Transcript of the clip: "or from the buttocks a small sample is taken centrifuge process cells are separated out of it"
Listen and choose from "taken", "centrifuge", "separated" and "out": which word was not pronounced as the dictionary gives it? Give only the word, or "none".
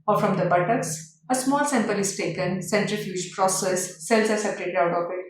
none